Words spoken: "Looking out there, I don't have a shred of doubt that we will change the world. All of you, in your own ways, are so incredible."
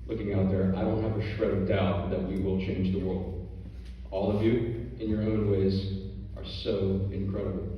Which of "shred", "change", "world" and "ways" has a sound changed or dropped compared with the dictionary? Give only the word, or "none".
shred